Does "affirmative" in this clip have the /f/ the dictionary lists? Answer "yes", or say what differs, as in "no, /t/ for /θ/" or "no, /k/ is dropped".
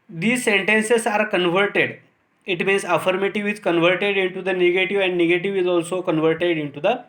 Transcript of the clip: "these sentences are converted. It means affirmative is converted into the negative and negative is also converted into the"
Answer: yes